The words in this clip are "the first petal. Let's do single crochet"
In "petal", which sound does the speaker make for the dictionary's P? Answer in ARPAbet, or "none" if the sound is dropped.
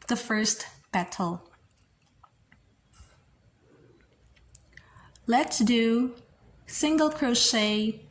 B